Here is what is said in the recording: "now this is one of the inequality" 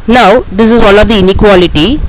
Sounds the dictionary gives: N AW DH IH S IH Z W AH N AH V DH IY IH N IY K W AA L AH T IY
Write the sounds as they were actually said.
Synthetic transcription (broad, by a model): N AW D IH S IH Z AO L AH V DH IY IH N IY K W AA L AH T IY